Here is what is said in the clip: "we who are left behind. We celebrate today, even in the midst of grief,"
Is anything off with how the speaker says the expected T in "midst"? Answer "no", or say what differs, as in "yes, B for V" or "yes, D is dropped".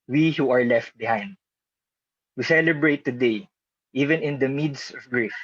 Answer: yes, T is dropped